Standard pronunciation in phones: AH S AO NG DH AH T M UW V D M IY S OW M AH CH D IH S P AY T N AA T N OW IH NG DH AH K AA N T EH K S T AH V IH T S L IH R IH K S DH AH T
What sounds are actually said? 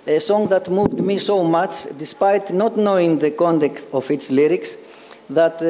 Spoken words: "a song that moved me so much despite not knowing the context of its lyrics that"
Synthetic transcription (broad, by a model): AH S AO NG DH AH T M UW V D M IY S OW M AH CH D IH S P AY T N AA T N OW IH NG DH AH K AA N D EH K T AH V IH T S L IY R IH K S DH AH T